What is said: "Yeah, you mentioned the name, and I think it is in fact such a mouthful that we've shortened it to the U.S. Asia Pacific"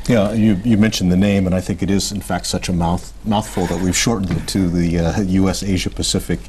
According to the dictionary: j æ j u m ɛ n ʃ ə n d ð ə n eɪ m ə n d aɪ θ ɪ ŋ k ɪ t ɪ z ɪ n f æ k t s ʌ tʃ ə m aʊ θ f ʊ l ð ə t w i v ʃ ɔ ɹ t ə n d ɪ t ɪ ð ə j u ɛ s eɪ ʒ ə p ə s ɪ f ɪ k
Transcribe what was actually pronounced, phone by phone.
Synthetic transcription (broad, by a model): j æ j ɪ m ɛ n ʃ n ð ə n eɪ m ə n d aɪ θ ɪ ŋ k ɪ t ɪ z ɪ n f æ k t s ʌ tʃ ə m aʊ θ f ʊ l ð ə t w i v ʃ ɔ ɹ t n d ɪ t ɪ ð ə j u ɛ s eɪ ʒ ə p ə s ɪ f ɪ k